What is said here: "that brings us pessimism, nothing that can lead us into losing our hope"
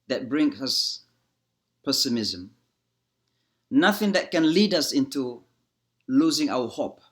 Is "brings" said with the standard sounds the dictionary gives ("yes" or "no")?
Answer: no